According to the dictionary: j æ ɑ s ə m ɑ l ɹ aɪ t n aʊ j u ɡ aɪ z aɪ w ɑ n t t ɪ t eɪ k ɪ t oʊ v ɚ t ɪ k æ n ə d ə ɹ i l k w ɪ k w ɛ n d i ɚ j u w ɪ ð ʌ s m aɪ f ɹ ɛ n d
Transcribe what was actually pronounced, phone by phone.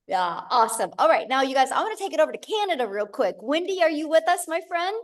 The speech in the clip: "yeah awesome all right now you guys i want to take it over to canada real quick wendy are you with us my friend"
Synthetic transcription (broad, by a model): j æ ɑ s ə m ɑ l ɹ aɪ t n aʊ j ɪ ɡ aɪ z aɪ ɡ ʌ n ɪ t eɪ k ɪ t oʊ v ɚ t ɪ k æ n ə d ə ɹ i l k w ɪ k w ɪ n d i ɚ j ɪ w ɪ ð ʌ s m aɪ f ɹ ɛ n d